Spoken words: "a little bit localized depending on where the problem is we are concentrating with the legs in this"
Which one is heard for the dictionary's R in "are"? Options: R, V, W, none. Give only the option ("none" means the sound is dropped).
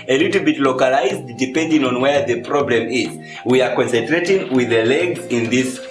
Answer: R